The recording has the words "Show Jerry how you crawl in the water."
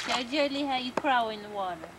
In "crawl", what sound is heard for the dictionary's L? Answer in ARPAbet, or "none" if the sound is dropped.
W